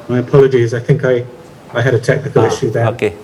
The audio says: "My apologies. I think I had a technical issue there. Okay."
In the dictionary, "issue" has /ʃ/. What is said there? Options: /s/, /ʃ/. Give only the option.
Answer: /ʃ/